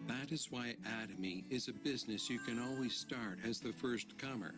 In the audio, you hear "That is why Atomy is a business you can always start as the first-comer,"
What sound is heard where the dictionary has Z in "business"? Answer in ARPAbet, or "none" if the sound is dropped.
Z